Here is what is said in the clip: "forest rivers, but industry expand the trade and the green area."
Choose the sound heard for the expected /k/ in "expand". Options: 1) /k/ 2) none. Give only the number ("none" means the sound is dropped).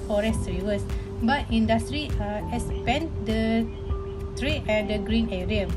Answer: 2